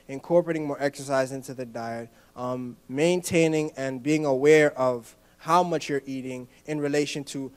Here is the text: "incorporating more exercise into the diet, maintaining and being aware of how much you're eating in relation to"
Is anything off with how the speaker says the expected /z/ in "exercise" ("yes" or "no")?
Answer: no